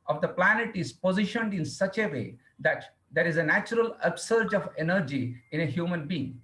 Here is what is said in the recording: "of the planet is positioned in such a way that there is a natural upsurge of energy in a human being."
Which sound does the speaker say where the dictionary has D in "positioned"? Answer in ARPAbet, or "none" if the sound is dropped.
D